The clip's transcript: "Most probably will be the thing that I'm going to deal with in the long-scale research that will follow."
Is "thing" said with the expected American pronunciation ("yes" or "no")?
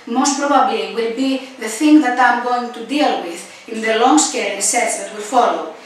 yes